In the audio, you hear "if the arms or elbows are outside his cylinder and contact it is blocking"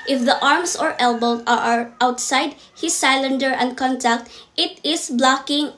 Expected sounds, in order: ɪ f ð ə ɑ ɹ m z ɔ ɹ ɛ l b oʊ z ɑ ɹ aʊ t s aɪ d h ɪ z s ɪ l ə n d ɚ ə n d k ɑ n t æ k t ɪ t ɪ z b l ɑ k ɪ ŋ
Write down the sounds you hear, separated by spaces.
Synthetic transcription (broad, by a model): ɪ f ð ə ɑ ɹ m s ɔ ɹ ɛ l b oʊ ɑ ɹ aʊ t s aɪ d h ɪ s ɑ l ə n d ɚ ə n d k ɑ n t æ k t ɪ t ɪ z b l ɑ k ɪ ŋ